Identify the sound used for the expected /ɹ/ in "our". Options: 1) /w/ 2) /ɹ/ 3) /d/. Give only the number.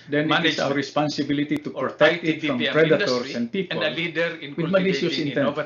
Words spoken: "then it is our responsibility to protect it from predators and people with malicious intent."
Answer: 1